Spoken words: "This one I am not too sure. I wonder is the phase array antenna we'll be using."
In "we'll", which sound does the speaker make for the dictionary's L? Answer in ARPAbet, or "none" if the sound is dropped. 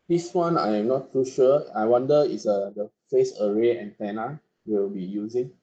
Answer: W